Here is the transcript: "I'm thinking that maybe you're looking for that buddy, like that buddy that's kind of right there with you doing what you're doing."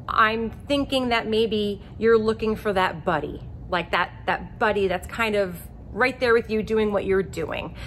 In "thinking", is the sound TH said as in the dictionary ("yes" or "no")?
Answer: yes